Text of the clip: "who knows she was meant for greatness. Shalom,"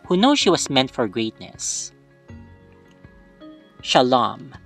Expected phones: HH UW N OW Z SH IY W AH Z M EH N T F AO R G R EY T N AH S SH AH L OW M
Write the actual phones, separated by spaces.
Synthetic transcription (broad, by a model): HH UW N OW SH IY W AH S M EH N T F AO R G R EY T N AH S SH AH L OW M